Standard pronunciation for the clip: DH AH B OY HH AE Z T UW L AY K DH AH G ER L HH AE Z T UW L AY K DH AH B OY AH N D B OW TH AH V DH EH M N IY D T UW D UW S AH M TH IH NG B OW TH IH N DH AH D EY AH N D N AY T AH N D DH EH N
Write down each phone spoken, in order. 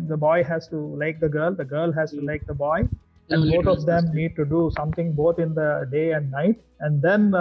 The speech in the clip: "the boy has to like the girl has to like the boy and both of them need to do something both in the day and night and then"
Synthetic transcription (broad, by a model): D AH B OY HH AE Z T UW L AY K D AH G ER L HH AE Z T UW L AY K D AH B OY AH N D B OW T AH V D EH M N IY D T UW D UW S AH M T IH NG B OW T IH N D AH D EY AH N D N AY T AH N D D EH N